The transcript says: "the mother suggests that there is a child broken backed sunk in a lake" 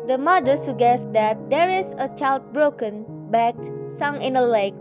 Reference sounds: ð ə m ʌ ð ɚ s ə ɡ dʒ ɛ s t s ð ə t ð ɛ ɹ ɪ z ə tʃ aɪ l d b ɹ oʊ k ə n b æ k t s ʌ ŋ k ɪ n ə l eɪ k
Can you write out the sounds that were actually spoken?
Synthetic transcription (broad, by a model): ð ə m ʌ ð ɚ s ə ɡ ɛ s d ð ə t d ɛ ɹ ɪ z ə tʃ aɪ l d b ɹ oʊ k ə n b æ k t s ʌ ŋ ɪ n ə l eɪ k